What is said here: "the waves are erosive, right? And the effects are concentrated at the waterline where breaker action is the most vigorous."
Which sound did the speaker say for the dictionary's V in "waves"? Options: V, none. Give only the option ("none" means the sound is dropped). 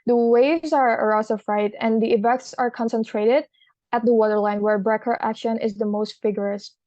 V